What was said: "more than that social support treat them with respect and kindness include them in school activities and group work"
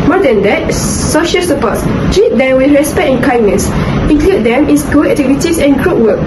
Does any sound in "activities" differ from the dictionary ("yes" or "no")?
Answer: yes